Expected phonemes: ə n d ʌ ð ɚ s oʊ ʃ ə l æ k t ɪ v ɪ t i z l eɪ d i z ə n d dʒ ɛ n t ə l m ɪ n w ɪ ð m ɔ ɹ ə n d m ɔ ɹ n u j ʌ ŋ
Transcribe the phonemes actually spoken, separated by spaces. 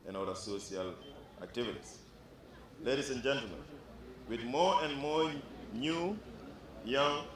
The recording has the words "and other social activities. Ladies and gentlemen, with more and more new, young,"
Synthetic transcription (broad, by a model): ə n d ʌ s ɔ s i ə l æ k t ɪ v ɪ t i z l eɪ d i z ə n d dʒ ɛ n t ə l m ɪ n w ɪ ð m ɔ ɹ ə n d m ɔ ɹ n u j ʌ ŋ